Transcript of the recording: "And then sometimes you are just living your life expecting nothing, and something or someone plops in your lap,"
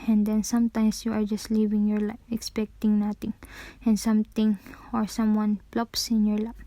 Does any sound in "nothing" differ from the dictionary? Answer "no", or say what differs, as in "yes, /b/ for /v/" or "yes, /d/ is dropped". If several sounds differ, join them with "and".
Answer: yes, /t/ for /θ/